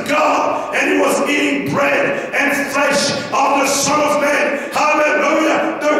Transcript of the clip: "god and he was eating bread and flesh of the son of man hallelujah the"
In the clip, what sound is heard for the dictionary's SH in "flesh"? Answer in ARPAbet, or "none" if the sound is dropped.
SH